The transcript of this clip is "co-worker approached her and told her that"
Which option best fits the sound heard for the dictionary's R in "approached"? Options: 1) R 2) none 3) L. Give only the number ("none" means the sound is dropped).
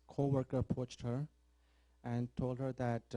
2